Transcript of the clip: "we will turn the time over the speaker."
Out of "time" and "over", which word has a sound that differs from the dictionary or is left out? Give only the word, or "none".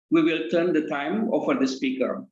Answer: over